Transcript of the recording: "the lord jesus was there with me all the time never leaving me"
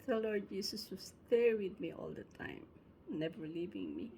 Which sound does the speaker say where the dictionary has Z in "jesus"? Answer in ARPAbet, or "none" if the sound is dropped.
S